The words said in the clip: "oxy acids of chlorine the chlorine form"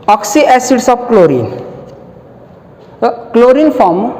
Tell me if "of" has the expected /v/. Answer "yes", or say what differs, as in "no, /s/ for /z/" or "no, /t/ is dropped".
no, /b/ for /v/